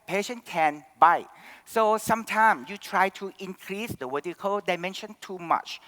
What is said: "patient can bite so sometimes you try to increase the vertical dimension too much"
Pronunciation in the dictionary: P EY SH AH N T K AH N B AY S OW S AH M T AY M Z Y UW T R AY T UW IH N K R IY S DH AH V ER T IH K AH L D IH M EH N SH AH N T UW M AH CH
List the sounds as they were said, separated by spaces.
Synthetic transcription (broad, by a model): P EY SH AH N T K AH N B AY S OW S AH M T AY M S Y UW T R AY T UW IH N K R IY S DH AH W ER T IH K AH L D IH M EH N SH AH N T UW M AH CH